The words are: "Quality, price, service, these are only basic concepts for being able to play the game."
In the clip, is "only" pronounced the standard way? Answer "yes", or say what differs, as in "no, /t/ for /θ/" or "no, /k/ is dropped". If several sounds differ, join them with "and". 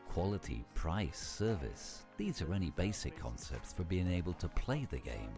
no, /l/ is dropped